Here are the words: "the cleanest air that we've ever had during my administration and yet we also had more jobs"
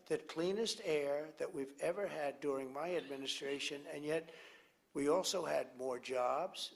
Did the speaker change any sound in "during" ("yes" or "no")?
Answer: no